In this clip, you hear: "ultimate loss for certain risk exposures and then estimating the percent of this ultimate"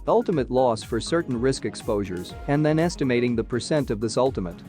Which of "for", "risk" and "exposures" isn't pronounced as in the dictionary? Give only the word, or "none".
none